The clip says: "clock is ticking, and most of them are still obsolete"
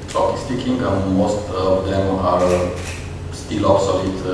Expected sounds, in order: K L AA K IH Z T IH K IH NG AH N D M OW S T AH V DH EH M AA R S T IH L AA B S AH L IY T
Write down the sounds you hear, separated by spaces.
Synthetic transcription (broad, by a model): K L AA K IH S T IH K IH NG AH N M OW S T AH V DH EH M AA R S T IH L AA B S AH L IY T